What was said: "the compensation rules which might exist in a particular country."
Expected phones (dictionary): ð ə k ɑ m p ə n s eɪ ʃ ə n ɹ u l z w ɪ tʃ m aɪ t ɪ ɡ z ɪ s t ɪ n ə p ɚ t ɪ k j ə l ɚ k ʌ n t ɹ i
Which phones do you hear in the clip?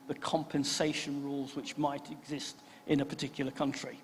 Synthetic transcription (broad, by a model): ð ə k ɑ m p ə n s eɪ ʃ ə n ɹ u l z w ɪ tʃ m aɪ t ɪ ɡ z ɪ s t ɪ n ə p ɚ t ɪ k j l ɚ k ʌ n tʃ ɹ i